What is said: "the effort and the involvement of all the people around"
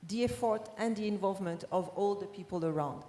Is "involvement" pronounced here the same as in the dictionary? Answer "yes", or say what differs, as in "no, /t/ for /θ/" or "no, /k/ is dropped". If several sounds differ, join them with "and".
yes